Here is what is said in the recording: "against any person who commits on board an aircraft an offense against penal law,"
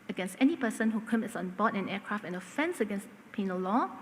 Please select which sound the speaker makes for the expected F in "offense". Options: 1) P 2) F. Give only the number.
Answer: 2